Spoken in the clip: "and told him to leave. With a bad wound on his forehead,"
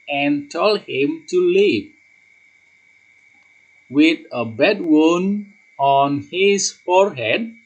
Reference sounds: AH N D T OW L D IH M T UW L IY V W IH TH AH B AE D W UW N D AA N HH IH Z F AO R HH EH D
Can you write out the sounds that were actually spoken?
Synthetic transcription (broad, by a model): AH N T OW L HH IH M T UW L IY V W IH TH AH B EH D W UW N AA N HH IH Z F AO R HH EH D